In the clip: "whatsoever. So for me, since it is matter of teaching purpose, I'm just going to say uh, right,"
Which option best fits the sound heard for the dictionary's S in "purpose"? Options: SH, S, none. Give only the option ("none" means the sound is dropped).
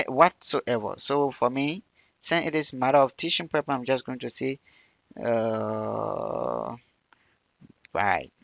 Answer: none